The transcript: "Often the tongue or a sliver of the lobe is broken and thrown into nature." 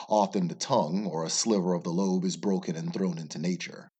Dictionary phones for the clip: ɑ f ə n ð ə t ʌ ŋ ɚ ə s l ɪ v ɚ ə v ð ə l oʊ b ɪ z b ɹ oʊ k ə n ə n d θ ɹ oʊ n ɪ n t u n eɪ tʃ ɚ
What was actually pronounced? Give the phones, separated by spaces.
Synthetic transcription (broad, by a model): ɑ f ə n ð ə t ʌ ŋ ɚ ə s l ɪ v ɚ ə v ð ə l oʊ b ɪ z b ɹ oʊ k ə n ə n θ ɹ oʊ n ɪ n t u n eɪ tʃ ɚ